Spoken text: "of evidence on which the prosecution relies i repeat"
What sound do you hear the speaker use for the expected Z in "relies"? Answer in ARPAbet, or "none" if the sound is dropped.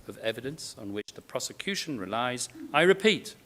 Z